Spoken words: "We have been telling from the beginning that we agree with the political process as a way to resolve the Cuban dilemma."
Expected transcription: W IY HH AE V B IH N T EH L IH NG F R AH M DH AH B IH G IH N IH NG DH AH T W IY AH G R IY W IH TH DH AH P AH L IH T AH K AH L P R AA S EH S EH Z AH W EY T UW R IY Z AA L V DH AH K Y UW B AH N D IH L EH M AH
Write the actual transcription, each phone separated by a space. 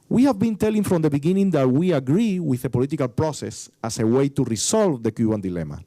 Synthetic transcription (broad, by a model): W IY HH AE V B IH N T EH L IH NG F R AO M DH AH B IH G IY N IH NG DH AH T W IY AH G R IY W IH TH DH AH P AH L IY T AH K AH L P R AA S EH S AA S AH W EY T UW R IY S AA L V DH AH K Y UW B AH N D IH L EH M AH